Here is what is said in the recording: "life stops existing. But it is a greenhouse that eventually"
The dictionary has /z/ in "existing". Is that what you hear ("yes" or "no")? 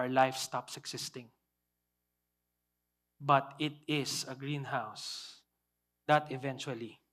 no